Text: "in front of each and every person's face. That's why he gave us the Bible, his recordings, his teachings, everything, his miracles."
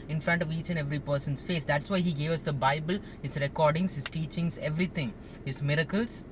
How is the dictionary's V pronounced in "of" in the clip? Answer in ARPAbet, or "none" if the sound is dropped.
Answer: V